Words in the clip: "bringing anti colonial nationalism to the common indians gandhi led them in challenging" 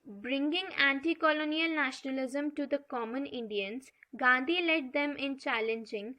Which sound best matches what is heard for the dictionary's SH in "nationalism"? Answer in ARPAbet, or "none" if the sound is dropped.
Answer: SH